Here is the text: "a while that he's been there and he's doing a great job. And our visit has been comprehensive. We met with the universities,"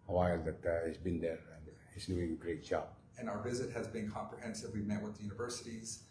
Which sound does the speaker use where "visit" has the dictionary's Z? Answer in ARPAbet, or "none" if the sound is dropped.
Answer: Z